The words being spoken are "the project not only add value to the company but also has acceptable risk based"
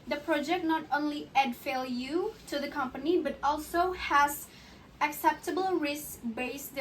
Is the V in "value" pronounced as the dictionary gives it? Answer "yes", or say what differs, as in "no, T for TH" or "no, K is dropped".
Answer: no, F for V